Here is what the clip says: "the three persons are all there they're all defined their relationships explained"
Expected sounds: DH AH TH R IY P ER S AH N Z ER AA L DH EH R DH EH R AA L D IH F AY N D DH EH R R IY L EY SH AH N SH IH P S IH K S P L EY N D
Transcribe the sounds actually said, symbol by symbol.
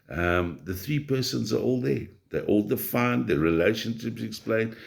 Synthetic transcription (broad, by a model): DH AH TH R IY P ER S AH N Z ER AA L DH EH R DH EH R AA L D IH F AY N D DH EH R R IY L EY SH AH N SH IH P S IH K S P L EY N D